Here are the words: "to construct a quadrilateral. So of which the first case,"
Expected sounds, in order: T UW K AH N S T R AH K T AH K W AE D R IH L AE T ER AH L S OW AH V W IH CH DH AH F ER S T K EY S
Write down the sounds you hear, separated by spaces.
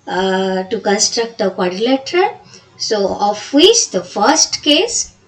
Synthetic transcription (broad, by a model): T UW K AH N S T R AH K T AH K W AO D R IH L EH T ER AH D S OW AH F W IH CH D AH F ER S T K EY S